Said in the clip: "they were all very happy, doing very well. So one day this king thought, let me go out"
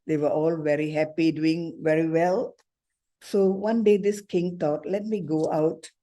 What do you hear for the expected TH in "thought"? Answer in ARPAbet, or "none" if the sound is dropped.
T